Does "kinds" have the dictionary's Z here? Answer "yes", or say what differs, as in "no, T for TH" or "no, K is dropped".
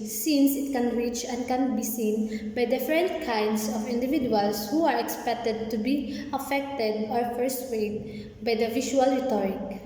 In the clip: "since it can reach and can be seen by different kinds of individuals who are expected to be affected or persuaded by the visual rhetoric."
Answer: no, S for Z